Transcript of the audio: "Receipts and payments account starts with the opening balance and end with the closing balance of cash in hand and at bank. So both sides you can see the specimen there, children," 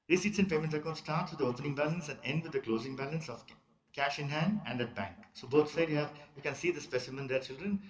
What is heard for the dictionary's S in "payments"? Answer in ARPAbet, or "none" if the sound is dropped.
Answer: none